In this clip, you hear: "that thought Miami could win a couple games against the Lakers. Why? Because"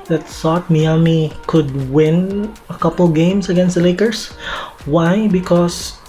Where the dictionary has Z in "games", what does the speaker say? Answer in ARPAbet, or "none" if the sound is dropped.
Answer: S